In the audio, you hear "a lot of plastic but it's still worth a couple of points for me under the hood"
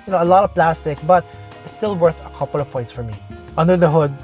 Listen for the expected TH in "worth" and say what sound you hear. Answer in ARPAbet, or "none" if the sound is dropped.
TH